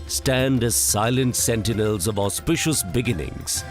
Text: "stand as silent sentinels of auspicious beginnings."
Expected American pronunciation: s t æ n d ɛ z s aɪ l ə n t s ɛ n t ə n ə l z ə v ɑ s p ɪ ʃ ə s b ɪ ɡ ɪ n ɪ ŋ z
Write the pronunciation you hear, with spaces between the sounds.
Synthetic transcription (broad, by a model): s t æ n d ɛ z s aɪ l ə n t s ɛ n t ə n ə l z ə v ɑ s p ɪ ʃ ə s b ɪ ɡ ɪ n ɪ ŋ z